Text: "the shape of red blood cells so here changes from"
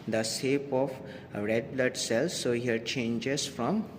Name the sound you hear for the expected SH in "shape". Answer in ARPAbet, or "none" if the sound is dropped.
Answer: S